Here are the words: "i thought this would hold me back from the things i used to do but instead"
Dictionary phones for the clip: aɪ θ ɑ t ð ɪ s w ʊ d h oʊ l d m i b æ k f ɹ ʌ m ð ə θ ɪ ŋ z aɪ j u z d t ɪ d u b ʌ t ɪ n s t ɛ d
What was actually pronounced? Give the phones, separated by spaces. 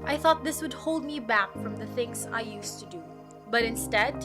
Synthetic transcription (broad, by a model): aɪ θ ɑ t ð ɪ s w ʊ d h oʊ l d m i b æ k f ɹ ʌ m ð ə θ ɪ ŋ z aɪ j u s t ɪ d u b ʌ t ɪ n s t ɛ d